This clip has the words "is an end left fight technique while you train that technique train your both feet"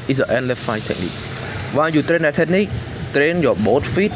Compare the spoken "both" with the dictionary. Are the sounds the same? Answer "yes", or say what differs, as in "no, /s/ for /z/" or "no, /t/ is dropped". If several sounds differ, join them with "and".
no, /t/ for /θ/